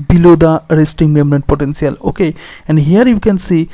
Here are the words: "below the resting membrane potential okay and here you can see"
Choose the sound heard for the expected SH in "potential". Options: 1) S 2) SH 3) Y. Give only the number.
1